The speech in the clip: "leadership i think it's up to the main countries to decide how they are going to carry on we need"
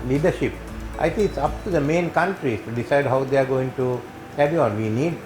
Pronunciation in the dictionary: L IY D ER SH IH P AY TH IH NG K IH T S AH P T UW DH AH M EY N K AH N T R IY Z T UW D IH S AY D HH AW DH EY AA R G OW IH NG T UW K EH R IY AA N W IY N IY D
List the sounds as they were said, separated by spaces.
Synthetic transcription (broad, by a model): L IY D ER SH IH P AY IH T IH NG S AH P T UW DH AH M EY N K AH N T R IY S T UW D IH S AY D HH AW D EY AA R G OW IH NG T UW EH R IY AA N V IY N IY D